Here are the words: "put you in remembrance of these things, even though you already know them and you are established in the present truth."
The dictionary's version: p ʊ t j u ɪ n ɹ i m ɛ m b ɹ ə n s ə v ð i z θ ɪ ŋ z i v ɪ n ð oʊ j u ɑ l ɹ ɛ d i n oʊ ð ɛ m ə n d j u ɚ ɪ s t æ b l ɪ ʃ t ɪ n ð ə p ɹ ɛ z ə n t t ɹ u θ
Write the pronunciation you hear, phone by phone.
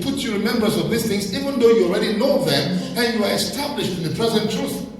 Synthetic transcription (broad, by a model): p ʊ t j u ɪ ɹ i m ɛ m b ə s ə v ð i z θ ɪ ŋ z i v ɪ n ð oʊ j u ɑ l ɹ ɛ d i n oʊ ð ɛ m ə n j u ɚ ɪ s t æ b l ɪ ʃ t ɪ n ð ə p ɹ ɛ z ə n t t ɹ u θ